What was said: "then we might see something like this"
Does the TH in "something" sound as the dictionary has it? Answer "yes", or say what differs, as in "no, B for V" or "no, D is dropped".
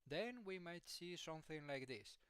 yes